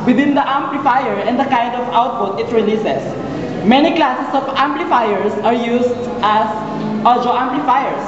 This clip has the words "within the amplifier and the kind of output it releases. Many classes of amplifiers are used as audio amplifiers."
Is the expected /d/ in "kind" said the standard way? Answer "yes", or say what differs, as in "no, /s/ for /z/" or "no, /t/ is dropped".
yes